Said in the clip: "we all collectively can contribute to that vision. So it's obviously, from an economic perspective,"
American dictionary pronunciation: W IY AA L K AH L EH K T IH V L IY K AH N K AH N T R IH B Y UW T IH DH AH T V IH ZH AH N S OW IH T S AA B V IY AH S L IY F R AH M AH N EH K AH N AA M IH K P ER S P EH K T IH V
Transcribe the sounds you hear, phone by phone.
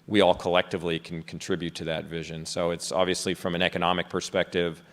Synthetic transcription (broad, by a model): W IY AA L K AH L EH K T IH V L IY K N K N T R IH B Y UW T IH DH AH T V IH ZH AH N S OW IH T S AA B V IY AH S L IY F R AH M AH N EH K AH N AA M IH K P ER S P EH K T IH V